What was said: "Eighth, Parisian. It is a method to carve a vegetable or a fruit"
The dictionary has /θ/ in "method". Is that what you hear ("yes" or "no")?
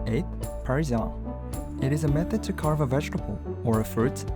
yes